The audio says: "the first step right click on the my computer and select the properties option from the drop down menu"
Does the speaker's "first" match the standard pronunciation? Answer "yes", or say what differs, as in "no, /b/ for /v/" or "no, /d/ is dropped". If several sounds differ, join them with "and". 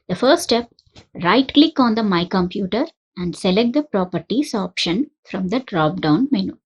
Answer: no, /s/ is dropped